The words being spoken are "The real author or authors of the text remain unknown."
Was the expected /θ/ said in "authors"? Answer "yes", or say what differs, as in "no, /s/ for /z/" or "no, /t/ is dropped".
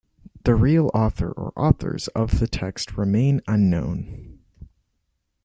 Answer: yes